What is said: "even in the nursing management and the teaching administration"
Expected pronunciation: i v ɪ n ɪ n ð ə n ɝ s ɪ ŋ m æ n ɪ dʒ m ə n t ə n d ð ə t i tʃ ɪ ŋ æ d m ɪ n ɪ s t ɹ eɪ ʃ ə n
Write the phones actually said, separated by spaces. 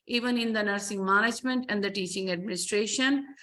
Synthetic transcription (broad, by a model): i v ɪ n ɪ n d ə n ɝ s ɪ ŋ m æ n ɪ dʒ m ə n t ə n d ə t i tʃ ɪ ŋ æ d m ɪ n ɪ s t ɹ eɪ ʃ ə n